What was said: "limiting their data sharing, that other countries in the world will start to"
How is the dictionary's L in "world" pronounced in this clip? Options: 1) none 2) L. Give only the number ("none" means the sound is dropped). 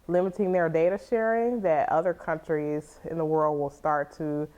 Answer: 2